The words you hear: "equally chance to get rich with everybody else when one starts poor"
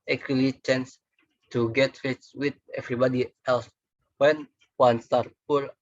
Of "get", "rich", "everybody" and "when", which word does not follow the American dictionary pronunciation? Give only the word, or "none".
rich